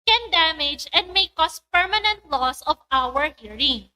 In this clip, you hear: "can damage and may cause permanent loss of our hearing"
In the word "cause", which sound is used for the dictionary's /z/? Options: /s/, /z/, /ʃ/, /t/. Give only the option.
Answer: /s/